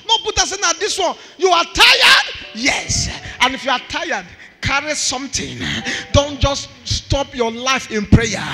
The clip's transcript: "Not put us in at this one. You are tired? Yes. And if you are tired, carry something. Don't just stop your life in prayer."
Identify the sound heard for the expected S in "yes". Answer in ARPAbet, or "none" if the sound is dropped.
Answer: S